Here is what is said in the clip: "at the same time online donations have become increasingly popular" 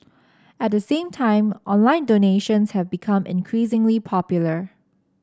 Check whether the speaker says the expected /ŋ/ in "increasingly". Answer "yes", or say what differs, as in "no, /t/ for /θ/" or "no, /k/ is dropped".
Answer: yes